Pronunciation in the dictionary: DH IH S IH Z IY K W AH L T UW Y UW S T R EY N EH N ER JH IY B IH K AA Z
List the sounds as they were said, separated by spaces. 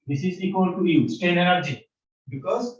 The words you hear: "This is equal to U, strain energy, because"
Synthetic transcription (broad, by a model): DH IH S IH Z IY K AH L T UW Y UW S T EY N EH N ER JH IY B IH K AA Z